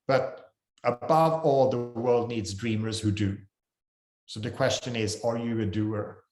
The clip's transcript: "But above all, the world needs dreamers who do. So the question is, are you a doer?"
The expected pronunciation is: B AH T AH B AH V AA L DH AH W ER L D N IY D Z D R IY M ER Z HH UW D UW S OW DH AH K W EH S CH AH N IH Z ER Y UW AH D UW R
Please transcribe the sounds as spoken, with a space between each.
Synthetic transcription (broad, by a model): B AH T AH B AH V AA L DH AH W ER L D N IY D Z D R IY M ER Z HH UW D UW S OW DH AH K W EH S CH AH N IH Z ER Y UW AH D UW R